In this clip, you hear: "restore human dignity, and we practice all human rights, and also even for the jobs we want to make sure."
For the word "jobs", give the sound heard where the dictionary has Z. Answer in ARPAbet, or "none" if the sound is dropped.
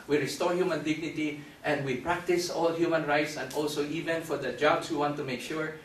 S